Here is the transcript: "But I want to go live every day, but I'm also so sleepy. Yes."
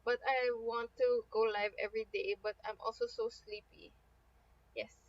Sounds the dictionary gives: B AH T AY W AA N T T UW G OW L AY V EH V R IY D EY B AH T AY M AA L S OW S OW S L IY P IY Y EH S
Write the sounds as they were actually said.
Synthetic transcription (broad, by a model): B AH T AY W AA N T T UW G OW L AY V EH V R IY D EY B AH T AY M AA L S OW S OW S L IY P IY Y EH S